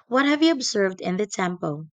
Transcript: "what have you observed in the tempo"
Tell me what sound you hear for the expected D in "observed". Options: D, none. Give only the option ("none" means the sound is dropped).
D